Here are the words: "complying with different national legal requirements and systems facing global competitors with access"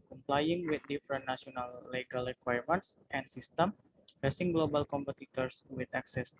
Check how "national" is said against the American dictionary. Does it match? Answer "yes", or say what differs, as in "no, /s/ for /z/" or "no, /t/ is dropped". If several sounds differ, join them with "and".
no, /ʃ/ is dropped